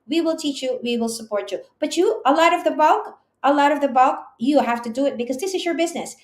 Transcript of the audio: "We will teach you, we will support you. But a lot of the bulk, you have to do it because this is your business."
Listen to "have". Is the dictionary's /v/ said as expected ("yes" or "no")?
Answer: no